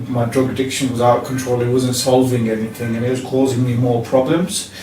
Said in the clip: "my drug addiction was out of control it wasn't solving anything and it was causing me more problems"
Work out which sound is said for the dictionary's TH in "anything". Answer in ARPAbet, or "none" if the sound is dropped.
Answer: TH